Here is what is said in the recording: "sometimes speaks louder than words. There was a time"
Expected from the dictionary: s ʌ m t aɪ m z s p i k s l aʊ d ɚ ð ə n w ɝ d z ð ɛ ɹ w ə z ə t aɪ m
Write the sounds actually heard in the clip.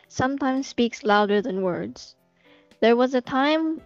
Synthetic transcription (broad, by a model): s ʌ m t aɪ m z s p i k s l aʊ d ɚ ð ə n w ɝ d z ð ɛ ɹ w ə z ə t aɪ m